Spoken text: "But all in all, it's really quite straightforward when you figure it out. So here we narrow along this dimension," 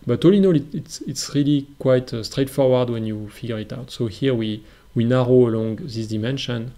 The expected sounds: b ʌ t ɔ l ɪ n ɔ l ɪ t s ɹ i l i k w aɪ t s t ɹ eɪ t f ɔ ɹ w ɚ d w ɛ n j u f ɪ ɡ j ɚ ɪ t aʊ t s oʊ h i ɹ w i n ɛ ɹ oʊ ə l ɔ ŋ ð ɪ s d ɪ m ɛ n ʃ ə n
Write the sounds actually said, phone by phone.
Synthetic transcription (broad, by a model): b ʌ t ɔ l ɪ n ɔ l ɪ t s ɹ i l i k w aɪ t s t ɹ eɪ t f ɔ ɹ w ɚ d w ɛ n j u f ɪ ɡ j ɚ ɪ t aʊ t s oʊ h i w w i n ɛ ɹ oʊ ə l ɔ ŋ ð ɪ s d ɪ m ɛ n ʃ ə n